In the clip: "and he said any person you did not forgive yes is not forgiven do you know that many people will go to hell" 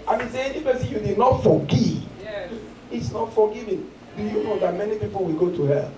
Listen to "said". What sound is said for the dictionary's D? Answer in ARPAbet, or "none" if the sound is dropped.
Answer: none